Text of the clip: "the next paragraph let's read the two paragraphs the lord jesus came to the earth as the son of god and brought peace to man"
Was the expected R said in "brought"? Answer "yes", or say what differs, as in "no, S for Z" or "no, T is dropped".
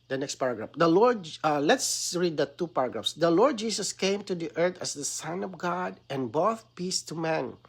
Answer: no, R is dropped